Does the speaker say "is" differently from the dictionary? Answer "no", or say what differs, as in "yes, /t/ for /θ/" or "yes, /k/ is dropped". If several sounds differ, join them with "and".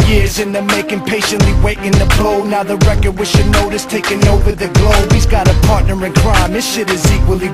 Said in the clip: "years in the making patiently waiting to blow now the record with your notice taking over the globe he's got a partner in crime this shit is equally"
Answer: no